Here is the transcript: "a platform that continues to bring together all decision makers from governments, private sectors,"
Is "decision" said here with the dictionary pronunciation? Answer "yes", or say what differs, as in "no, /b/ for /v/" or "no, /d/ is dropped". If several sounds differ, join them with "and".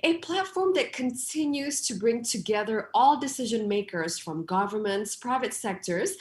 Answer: yes